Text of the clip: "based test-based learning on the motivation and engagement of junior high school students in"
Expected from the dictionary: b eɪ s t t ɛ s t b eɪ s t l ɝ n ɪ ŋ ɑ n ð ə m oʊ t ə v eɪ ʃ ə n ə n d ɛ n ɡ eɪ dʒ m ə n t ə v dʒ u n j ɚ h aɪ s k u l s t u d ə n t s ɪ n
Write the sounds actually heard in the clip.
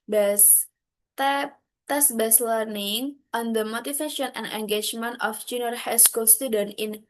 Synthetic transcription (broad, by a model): b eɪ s t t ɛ s b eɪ s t l ɝ n ɪ ŋ ɑ n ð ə m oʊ t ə f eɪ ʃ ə n ə n d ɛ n ɡ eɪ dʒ m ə n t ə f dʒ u n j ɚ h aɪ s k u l s t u d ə n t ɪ n